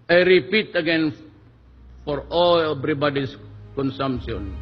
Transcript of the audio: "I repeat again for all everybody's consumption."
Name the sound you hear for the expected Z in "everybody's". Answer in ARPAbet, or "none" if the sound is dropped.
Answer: S